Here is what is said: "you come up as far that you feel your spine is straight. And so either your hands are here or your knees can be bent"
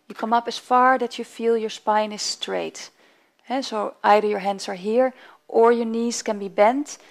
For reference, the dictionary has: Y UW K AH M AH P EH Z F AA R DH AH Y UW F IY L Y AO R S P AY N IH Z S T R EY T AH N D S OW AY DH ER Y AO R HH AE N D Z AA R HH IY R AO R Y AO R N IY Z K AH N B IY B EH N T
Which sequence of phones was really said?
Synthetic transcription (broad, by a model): Y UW K AH M AH P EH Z F AA R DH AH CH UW F IY L Y AO R S P AY N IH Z S T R EY T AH S OW AY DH ER Y AO R HH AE N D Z AA R HH IY R AO R Y AO R N IY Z K AH N B IY B EH N T